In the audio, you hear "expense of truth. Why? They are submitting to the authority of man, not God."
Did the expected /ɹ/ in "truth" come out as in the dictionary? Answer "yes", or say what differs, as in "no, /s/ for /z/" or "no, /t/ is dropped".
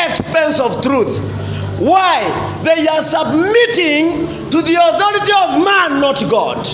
yes